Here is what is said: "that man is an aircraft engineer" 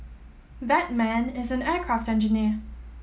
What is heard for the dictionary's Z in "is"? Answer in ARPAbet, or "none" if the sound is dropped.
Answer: Z